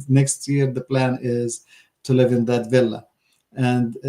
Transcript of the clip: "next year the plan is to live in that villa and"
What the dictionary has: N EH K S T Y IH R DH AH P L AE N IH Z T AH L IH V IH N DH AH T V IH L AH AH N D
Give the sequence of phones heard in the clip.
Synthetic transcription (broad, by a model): N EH K S T Y IH R DH AH P L AE N IH Z T AH L IH V IH N DH AH T V IH L AH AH N D